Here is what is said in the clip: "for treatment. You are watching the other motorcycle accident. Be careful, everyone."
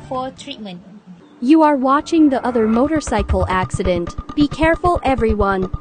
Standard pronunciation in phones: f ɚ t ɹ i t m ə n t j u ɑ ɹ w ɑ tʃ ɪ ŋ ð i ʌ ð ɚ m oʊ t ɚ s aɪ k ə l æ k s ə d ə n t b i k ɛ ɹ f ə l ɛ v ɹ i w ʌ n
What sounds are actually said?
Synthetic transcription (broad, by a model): f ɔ t ɹ i t m ə n t j u ɑ ɹ w ɑ tʃ ɪ ŋ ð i ʌ ð ɚ m oʊ t ɚ s aɪ k ə l æ k s ə d ə n t b i k ɛ ɹ f ə l ɛ v ɹ i w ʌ n